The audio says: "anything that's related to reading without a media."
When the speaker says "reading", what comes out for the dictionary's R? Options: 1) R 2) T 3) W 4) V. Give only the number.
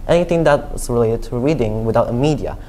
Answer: 1